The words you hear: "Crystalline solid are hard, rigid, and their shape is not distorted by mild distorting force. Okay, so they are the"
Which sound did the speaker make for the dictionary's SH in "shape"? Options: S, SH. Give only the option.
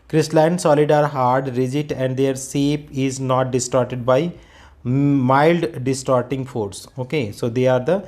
S